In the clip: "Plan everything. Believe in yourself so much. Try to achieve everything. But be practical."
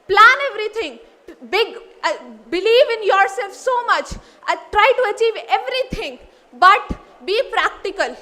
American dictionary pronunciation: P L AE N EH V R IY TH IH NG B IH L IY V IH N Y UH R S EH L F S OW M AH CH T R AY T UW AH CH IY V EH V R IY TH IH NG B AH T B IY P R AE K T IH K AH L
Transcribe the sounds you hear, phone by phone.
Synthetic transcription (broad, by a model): P L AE N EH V R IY T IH NG B IH L IY V IH N Y UH R S EH L F S OW M AH CH T R AY T UW AH CH IY V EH V R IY T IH NG B AH T B IY P R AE K T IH K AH L